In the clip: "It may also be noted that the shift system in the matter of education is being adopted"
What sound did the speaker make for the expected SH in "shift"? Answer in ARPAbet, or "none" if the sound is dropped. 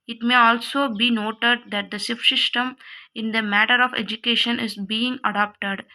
S